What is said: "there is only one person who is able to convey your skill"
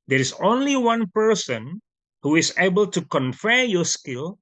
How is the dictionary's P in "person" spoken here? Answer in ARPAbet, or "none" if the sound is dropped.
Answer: P